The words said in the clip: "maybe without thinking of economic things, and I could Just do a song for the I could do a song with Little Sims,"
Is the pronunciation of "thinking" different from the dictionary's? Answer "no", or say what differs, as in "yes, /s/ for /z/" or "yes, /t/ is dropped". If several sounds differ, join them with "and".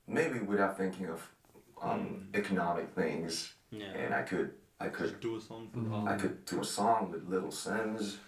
no